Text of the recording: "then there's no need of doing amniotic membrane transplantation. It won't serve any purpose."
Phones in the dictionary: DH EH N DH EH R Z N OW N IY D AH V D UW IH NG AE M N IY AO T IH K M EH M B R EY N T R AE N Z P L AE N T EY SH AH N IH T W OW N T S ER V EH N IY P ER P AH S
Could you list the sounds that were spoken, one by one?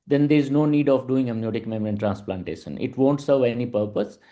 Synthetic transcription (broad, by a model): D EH N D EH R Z N OW N IY D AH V D UW IH NG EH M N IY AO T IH K M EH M R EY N T R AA N S P L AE N T EY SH AH N IH T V OW N T S ER V EH N IY P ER P AH S